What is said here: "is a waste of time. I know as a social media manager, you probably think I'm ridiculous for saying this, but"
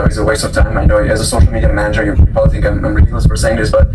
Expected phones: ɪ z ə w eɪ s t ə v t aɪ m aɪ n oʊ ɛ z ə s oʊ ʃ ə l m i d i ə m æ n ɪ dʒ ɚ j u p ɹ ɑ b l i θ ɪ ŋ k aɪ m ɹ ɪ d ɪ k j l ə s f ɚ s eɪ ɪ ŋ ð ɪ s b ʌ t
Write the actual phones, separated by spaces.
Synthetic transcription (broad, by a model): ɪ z ə w eɪ s t ə v t aɪ m aɪ n oʊ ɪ z ə s oʊ ʃ l m i d i ə m æ n ɪ dʒ ɚ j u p ɑ l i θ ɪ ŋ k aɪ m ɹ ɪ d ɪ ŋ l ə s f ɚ s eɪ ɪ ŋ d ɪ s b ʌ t